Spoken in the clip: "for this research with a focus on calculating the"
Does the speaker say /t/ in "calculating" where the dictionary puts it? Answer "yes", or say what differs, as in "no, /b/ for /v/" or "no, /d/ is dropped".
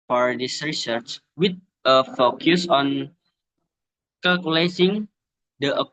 no, /s/ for /t/